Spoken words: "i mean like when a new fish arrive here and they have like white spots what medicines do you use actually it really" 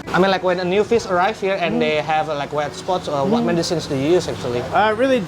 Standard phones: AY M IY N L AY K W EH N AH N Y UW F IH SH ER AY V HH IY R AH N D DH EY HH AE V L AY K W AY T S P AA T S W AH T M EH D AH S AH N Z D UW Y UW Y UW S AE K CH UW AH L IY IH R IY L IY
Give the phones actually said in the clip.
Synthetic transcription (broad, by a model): AY M IY N L AY K W EH N AH N Y UW F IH S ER AY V HH IY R AH N D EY HH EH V L AY K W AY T S P AA T S W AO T M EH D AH S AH N S D UW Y Y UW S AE K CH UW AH L IY IH R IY L IY